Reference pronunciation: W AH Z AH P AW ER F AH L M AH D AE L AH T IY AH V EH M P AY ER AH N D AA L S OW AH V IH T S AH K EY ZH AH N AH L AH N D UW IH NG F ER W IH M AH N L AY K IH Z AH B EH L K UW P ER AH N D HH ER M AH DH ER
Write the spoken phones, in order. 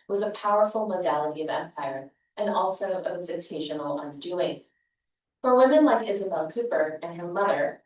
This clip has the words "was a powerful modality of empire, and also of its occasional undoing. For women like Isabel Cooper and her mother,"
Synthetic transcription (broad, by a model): W AH Z AH P AW ER F L M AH D AE L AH T IY AH V EH M P AY ER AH N AA L S OW AH V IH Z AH K EY ZH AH N L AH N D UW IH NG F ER W IH M AH N L AY K IH Z AH B EH L K UW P ER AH N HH ER M AH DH ER